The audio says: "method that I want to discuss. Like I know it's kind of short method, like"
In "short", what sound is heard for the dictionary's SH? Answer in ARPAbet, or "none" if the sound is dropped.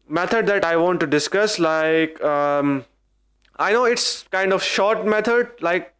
SH